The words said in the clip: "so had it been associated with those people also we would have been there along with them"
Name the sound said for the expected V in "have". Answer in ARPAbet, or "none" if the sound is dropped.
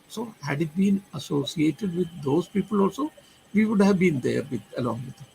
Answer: V